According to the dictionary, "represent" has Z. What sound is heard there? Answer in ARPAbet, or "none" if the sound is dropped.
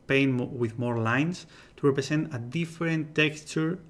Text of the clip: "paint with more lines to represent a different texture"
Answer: S